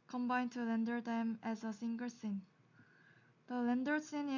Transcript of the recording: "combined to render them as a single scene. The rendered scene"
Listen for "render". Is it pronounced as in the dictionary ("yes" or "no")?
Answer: no